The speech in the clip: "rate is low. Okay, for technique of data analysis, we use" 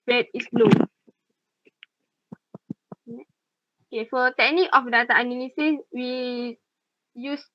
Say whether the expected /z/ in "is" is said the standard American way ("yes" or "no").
no